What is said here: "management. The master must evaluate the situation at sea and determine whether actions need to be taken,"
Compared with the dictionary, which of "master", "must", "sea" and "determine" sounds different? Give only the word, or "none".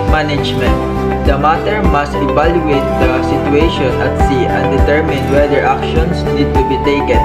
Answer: master